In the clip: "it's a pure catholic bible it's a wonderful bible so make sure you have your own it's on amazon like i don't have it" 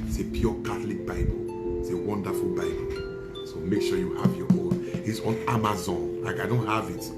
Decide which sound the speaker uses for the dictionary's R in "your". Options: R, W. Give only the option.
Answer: W